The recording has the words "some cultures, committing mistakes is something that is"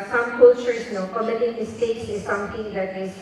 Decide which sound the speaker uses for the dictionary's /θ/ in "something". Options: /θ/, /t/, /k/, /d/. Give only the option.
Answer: /t/